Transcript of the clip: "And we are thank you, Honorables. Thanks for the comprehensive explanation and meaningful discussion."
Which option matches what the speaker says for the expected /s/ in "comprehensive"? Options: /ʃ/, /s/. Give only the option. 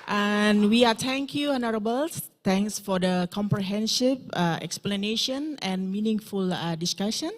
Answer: /ʃ/